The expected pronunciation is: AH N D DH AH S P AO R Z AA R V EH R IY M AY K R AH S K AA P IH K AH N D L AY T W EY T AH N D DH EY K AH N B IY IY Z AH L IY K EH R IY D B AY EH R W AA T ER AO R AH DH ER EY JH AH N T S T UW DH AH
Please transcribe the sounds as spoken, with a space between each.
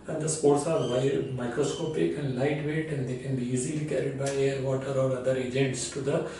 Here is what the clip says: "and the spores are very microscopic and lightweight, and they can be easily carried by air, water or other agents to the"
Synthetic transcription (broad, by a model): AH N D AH S P AO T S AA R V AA IY M AY K R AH S K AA P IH K AH N D L AY T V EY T AH N D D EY K AH N B IY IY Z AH L IY K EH R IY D B AY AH R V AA T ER AO R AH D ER EY JH AH N T S T UW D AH